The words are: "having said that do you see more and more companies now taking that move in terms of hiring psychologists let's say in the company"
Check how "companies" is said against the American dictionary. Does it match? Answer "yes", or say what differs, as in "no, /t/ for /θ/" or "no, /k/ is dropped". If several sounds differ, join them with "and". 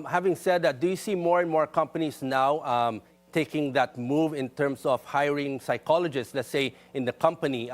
no, /s/ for /z/